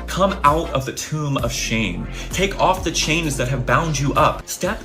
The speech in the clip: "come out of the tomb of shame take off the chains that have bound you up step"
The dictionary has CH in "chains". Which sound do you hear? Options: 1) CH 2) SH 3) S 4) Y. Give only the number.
1